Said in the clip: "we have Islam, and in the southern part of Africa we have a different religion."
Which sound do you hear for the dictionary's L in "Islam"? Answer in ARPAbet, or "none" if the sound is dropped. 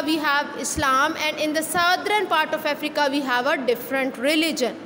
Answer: L